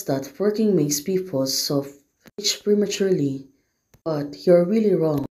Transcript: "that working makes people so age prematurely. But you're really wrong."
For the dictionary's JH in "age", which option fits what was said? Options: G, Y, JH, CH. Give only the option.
CH